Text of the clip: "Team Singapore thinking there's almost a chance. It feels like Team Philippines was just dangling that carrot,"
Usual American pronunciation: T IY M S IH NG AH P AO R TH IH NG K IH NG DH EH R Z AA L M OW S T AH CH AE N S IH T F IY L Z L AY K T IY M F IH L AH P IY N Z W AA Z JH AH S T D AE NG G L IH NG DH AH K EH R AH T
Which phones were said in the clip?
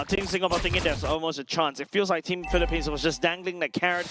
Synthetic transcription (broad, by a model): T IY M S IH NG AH B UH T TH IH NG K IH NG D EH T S AA L M OW S T AH CH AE N S IH T F IY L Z L AY K T IY M F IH L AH P IY N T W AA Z JH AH S D AE NG G L IH NG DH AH K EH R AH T